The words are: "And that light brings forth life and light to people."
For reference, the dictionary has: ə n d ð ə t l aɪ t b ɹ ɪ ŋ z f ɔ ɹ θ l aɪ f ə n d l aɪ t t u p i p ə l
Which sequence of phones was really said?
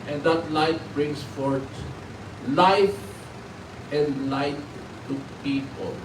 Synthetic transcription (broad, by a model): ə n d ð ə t l aɪ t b ɹ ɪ ŋ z f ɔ ɹ t l aɪ f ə n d l aɪ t t u p i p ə l